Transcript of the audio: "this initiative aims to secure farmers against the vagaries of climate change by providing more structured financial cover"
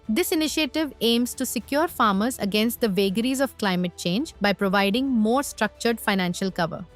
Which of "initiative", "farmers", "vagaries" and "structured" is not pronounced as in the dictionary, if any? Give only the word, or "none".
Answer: none